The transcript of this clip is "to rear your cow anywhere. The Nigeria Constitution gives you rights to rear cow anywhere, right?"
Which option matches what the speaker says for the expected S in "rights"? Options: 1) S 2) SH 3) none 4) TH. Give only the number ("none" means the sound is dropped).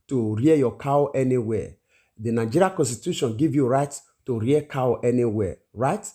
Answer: 3